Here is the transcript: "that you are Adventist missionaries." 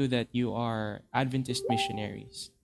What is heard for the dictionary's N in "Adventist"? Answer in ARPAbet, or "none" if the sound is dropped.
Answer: N